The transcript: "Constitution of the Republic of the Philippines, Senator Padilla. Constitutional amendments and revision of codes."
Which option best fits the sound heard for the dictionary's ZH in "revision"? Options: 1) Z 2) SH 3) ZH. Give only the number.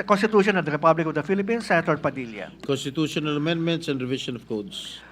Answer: 2